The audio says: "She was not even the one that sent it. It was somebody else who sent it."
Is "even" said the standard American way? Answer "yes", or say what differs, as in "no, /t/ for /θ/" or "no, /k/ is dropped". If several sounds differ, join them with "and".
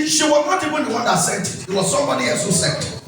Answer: no, /b/ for /v/